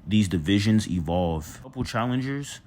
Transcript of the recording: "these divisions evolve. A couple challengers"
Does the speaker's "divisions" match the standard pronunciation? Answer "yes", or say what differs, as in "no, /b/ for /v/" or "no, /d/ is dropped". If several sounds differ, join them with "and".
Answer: yes